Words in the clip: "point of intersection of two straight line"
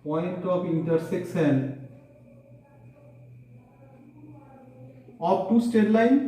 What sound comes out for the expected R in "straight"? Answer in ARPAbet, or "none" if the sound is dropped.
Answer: none